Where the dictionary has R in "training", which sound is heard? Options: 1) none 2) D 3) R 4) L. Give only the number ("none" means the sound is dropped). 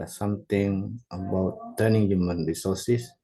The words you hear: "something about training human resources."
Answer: 1